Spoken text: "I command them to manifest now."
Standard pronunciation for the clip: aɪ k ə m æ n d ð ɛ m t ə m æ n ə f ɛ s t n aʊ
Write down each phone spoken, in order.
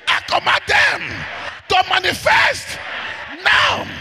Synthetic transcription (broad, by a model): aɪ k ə m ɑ d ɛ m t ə m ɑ n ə f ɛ s t n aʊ